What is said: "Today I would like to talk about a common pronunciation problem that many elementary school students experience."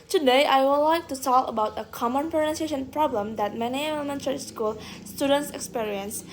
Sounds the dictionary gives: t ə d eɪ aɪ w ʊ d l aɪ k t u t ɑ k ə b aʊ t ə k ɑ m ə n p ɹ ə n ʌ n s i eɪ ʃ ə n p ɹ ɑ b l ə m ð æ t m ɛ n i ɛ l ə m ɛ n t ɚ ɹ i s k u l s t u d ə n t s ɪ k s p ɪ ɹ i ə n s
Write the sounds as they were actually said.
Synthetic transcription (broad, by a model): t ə d eɪ aɪ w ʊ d l aɪ k t u s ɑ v ə b aʊ t ə k ɑ m ə n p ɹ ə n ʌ n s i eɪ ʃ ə n p ɹ ɑ b l ə m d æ t m ɛ n i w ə m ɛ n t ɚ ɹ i s k u l s t u d ə n t s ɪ k s p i ɹ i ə n s